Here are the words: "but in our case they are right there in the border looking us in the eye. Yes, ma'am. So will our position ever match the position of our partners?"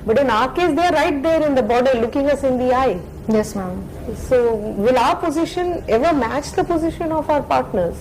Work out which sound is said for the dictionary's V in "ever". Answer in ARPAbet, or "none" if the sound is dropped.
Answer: V